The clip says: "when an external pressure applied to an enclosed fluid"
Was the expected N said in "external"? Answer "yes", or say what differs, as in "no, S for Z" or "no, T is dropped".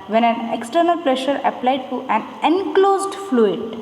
yes